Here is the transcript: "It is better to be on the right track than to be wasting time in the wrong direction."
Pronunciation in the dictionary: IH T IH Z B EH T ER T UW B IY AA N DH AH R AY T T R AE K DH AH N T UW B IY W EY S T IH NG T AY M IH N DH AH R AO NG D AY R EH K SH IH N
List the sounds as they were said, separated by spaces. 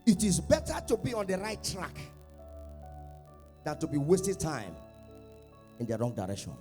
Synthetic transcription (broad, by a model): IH T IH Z B EH T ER T UW B IY AA N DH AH R AY T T R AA K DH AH N T UW B IY W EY S T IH T AY M IH N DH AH R AO NG D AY R EH K SH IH N